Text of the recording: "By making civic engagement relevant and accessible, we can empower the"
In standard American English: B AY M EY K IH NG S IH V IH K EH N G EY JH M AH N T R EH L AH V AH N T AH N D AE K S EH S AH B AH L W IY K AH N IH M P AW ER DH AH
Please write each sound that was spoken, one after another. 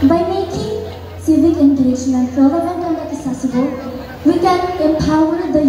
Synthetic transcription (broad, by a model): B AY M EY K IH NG S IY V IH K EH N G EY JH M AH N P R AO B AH B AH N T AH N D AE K S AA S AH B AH W IY K AH N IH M P AW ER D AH